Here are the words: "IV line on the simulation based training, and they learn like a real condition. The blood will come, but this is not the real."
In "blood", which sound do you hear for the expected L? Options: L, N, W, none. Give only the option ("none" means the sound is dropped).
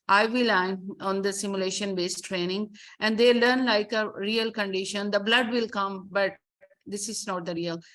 L